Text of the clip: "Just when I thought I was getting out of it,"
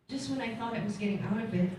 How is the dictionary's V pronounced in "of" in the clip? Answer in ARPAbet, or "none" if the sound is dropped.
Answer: B